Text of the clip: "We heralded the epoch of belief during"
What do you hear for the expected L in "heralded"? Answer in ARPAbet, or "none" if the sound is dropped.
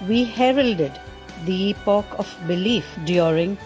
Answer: L